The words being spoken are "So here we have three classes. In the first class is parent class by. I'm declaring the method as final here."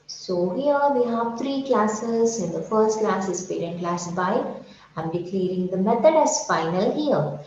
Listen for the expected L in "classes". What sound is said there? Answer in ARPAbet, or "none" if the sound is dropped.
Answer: L